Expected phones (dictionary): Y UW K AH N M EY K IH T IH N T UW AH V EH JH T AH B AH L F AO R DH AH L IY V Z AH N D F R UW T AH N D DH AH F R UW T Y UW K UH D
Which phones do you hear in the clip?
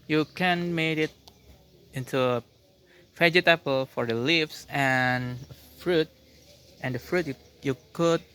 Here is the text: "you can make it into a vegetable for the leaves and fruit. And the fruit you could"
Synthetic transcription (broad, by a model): Y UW K AH N M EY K IH T IH N T UW AH F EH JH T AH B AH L F AO R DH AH L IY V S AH N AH F R UW T AH N D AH F R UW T Y UW K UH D